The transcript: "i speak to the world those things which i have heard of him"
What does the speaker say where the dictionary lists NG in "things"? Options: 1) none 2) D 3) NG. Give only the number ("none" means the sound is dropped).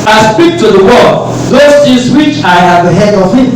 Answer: 1